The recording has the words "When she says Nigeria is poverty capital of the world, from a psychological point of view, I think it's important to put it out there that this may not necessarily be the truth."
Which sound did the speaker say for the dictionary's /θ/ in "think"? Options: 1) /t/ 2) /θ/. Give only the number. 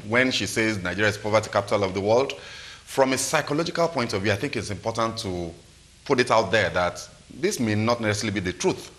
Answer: 2